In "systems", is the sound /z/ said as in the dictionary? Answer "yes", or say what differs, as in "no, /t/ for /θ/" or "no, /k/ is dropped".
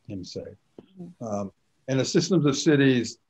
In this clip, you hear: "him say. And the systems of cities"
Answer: yes